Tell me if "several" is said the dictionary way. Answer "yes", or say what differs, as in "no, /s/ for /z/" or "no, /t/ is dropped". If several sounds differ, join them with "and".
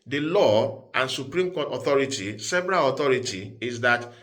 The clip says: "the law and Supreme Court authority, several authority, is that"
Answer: no, /b/ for /v/